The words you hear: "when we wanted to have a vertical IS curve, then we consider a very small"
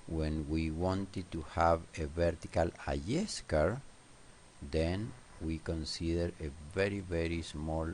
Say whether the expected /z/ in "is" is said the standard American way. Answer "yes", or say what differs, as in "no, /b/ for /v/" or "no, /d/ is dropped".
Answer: no, /s/ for /z/